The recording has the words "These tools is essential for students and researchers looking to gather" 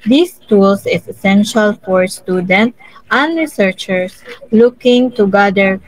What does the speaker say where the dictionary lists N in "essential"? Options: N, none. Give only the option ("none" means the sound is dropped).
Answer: N